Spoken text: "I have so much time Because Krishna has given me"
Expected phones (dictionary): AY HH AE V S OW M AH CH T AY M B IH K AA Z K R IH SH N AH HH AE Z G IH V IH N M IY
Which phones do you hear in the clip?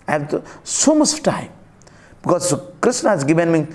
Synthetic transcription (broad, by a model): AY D S OW M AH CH T AY M B IH K AA Z K R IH S N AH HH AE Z G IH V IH N M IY